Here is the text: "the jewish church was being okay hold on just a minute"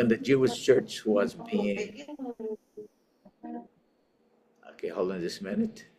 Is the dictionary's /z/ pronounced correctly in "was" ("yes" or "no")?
yes